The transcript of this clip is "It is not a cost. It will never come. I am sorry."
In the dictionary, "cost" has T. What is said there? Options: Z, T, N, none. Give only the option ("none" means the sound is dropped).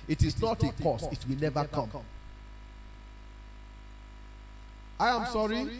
none